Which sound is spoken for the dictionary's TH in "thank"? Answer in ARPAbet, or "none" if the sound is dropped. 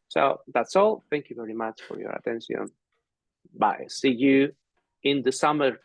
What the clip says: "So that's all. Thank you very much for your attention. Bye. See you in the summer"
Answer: TH